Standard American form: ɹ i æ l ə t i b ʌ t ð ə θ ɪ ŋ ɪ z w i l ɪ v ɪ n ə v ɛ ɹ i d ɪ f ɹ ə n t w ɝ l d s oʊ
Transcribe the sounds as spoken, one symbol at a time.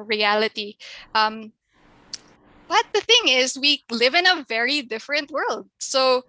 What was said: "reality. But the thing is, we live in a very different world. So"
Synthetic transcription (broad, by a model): ɹ i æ l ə t i b ʌ t ð ə θ ɪ ŋ ɪ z w i l ɪ v ɪ n ə v ɛ ɹ i d ɪ f ɹ ə n t w ɝ l d s oʊ